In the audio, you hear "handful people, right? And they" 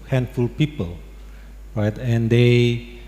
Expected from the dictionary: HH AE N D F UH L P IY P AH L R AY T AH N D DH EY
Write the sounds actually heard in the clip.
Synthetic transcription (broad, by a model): HH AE N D F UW L P IY P AH L R AY T AH N D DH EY